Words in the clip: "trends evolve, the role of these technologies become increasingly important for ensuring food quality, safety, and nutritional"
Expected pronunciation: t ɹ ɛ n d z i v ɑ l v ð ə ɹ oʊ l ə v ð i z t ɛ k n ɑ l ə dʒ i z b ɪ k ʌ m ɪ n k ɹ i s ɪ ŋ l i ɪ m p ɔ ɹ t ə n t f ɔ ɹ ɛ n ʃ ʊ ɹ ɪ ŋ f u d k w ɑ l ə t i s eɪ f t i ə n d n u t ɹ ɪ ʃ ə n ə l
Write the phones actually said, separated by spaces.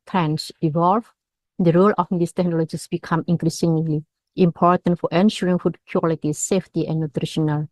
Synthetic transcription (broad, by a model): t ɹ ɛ n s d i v ɑ l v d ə ɹ oʊ l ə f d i s t ɛ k n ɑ l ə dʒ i s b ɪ k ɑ m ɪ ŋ k ɹ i s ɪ ŋ l i ɪ m p ɔ ɹ t ə n t f ɔ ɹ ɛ n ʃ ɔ ɹ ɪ ŋ f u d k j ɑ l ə t i s eɪ f t i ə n n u t ɹ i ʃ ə n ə l